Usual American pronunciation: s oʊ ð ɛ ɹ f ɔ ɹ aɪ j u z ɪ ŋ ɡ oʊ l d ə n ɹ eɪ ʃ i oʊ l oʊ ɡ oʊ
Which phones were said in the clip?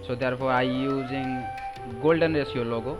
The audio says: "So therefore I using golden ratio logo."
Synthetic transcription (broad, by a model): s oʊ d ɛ ɹ p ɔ ɹ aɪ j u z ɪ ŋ ɡ oʊ l d ə n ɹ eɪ s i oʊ l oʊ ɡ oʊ